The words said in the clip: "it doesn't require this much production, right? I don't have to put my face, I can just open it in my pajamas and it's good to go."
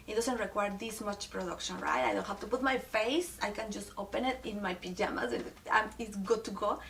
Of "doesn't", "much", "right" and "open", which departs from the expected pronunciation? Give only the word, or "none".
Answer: doesn't